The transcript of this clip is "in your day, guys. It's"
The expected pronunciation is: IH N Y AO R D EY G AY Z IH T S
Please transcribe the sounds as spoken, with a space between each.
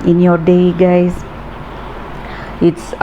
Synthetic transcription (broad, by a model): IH N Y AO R D EY G AY S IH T S